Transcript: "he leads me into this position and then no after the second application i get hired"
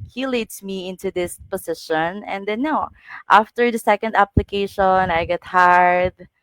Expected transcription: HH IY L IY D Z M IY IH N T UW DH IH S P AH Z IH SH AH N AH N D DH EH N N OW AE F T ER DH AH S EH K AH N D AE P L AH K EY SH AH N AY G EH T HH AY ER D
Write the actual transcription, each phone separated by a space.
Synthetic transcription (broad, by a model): HH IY L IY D S M IY IH N T UW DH IH S P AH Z IH SH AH N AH N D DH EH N N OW AE F T ER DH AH S EH K AH N D AE P L AH K EY SH AH N AY G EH T HH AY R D